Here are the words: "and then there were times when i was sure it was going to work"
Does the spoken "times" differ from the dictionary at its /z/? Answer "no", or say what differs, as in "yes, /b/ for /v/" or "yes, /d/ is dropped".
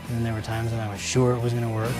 no